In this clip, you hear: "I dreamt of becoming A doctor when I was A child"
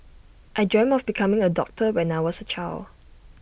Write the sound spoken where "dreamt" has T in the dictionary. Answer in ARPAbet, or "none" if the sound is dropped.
none